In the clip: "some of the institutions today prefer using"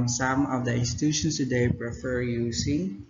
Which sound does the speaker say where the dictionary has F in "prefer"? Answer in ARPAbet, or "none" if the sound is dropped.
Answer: F